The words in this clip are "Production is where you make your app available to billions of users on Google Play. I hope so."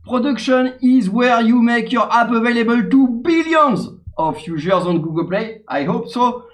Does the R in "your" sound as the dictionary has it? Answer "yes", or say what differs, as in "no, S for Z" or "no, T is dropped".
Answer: yes